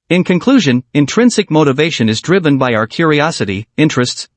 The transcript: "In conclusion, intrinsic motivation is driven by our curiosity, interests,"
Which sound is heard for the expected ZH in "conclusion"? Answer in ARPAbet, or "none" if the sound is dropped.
ZH